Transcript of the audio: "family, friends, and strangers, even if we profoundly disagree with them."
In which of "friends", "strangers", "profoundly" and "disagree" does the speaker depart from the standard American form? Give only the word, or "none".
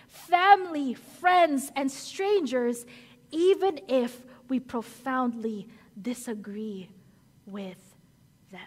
none